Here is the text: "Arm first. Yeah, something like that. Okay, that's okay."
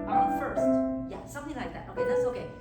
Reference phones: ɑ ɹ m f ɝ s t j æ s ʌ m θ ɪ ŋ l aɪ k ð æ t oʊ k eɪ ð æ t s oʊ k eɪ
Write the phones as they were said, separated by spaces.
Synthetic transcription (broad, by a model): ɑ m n f ɝ s t j æ s ʌ m θ ɪ ŋ l aɪ k ð æ t oʊ k eɪ ð æ t s oʊ k eɪ